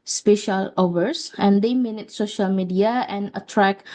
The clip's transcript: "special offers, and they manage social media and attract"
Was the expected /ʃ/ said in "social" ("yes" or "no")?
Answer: yes